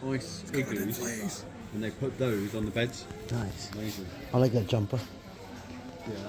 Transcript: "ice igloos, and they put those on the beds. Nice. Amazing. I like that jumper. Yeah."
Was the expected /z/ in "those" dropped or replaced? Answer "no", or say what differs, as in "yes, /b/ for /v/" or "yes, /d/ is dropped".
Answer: no